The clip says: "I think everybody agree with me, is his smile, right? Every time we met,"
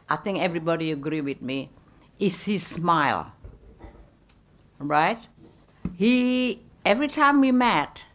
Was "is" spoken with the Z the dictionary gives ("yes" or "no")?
no